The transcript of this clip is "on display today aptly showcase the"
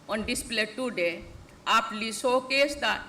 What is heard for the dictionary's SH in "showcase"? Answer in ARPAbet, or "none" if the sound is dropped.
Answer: S